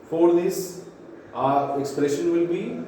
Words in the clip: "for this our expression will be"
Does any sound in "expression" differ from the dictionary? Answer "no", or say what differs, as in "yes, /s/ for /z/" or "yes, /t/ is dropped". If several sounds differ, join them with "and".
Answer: no